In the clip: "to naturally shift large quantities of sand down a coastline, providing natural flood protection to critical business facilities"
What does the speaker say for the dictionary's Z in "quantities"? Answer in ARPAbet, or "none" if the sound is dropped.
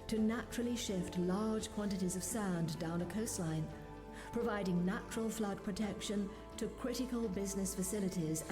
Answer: Z